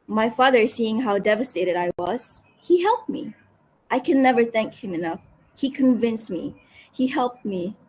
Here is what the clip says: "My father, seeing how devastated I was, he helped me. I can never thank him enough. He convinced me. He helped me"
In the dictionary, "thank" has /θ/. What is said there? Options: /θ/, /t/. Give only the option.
/θ/